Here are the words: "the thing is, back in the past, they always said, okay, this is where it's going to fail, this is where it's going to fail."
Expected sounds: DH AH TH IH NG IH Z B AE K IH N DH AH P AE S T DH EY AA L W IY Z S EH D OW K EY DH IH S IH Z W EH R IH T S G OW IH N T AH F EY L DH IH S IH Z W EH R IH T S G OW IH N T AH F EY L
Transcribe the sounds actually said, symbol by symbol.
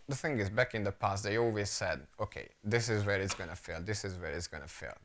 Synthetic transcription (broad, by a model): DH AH TH IH NG IH Z B AE K IH N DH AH P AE S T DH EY AA L W IY Z S EH D OW K EY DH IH S IH Z W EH R IH T S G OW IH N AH F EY L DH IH S IH Z W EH R IH T S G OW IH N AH F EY L